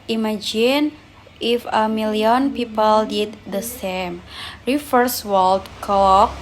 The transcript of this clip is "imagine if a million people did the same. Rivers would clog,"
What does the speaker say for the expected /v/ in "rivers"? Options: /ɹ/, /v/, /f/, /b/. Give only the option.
/f/